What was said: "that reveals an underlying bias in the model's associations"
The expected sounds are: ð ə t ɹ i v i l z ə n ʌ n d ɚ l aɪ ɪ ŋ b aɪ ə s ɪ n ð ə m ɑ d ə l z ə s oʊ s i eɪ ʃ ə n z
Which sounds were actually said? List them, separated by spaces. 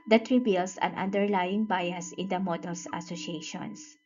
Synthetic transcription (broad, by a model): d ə t ɹ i b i l s ə n ʌ n d ɚ l aɪ ɪ ŋ b aɪ ə s ɪ n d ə m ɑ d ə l s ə s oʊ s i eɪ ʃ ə n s